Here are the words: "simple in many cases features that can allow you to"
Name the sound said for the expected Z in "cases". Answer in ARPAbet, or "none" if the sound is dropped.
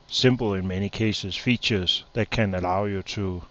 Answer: S